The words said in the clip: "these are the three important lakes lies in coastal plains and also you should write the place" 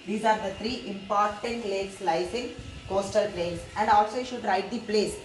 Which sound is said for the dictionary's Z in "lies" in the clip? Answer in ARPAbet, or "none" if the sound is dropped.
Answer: S